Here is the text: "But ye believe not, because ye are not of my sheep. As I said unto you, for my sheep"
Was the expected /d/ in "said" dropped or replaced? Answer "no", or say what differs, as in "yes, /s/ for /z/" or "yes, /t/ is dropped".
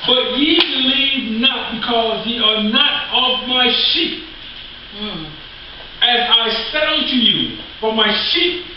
yes, /d/ is dropped